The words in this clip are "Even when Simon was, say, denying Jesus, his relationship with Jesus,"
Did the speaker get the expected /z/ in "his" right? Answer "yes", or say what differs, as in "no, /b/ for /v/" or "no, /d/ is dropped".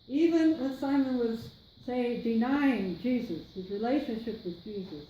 yes